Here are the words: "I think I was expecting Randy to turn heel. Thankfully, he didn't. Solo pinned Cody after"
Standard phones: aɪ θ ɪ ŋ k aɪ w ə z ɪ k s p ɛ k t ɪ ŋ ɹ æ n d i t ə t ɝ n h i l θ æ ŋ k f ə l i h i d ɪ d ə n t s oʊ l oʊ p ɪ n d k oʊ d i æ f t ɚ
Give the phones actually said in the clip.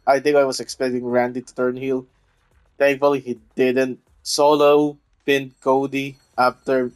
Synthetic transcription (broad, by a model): aɪ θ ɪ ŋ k aɪ w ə s ɪ k s p ɛ k t ɪ ŋ ɹ æ n d i t ə t ɝ n h i l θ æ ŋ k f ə l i h i d ɪ d ə n t s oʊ l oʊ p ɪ n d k oʊ d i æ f t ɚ